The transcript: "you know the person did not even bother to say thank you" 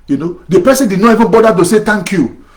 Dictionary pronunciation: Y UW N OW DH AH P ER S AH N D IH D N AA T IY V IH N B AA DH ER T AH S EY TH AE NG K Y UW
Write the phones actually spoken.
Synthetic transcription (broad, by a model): Y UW N OW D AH P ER S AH N D IH D N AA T IY V IH N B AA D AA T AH S EY T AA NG K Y UW